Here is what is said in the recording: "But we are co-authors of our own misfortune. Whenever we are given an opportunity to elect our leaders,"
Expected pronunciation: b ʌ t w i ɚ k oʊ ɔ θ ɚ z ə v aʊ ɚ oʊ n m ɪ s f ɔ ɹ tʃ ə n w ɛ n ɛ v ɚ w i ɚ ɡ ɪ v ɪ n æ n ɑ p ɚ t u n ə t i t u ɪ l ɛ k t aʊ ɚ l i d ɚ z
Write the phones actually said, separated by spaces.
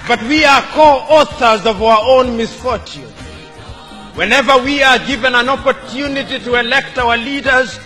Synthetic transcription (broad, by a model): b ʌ t w i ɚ k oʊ ɔ θ ɚ z ə v aʊ ɚ oʊ n m ɪ s f ɔ ɹ tʃ ə n w ɛ n ɛ v ɚ w i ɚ ɡ ɪ v ɪ n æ n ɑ p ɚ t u n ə t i t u ɪ l ɛ k t aʊ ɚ l i d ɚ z